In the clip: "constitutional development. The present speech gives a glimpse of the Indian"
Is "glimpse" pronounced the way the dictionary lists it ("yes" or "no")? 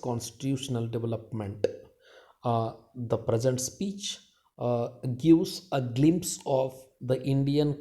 yes